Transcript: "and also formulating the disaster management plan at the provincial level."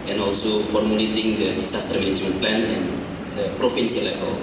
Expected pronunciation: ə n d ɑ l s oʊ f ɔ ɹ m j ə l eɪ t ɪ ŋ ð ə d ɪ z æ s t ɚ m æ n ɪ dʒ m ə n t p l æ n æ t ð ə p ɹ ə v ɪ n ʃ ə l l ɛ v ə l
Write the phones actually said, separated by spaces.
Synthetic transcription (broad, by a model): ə n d ɑ l s oʊ f ɔ ɹ m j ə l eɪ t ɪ ŋ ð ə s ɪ s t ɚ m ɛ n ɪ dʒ m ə n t p l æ n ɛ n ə p ɹ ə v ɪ n s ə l l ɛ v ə l